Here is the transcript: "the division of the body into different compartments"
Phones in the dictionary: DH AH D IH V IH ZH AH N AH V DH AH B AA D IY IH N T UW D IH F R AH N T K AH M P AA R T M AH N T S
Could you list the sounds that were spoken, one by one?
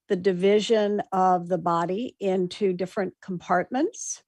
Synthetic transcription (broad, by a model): DH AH D IH V IH ZH AH N AH V DH AH B AA D IY IH N T UW D IH F R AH N K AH M P AA R T M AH N T S